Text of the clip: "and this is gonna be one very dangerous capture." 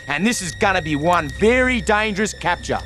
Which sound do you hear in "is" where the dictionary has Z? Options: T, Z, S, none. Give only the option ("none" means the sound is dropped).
Z